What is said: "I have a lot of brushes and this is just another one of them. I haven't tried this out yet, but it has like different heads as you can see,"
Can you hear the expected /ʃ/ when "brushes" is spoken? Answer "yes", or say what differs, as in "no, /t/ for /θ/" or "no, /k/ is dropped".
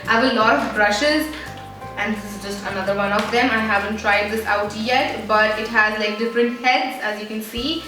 yes